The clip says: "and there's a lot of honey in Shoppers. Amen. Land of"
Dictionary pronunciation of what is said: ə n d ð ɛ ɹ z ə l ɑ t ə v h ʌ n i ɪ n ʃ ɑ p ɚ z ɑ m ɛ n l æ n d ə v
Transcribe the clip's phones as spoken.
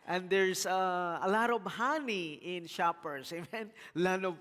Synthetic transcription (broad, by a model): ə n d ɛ ɹ s ə l ɑ t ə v h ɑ n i ɪ n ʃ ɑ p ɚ s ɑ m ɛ n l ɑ n ə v